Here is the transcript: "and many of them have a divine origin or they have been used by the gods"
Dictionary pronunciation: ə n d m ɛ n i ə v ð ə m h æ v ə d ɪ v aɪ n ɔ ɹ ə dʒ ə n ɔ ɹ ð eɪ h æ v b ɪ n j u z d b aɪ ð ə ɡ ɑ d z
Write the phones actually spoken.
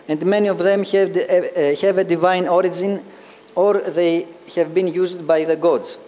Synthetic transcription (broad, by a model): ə n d m ɛ n i ə v ð ə m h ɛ v ə d ɪ v aɪ n ɔ ɹ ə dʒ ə n ɔ ɹ ð eɪ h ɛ v b ɪ n j u z d b aɪ ð ə ɡ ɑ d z